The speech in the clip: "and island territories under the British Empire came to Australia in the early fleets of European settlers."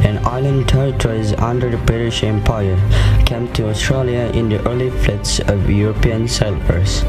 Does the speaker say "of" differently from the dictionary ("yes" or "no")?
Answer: no